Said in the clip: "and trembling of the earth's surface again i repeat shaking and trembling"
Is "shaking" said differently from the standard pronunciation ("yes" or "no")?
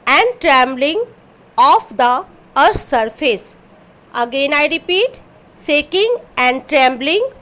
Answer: yes